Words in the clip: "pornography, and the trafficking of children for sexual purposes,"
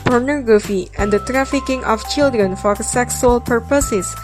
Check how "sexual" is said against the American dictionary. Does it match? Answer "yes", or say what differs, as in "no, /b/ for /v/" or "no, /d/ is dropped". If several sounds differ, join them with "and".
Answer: no, /s/ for /ʃ/